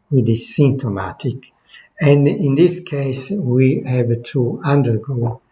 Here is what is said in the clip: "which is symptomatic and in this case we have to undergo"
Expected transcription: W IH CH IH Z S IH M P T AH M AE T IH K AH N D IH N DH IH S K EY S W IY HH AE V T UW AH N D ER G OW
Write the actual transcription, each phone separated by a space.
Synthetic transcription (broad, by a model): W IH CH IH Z S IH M T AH M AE T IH K AH N D IH N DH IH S K EY S W IY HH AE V T UW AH N D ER G OW